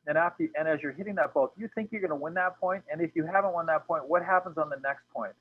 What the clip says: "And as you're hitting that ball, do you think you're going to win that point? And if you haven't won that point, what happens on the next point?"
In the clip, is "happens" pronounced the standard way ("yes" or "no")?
yes